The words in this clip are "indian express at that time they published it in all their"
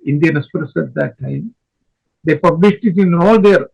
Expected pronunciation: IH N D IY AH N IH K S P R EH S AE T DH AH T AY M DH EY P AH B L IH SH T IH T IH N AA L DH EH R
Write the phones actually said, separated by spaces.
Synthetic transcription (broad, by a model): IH N D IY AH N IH S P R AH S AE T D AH T AY M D EY P AH B L IH SH T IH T IH N AA L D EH R